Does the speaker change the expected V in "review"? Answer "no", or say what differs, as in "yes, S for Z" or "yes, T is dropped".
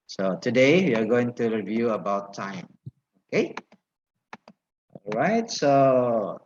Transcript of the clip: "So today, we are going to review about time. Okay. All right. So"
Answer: no